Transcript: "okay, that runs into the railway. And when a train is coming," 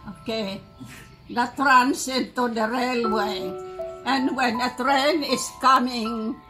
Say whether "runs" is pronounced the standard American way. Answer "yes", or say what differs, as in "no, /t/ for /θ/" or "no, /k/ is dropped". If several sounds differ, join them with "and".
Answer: no, /s/ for /z/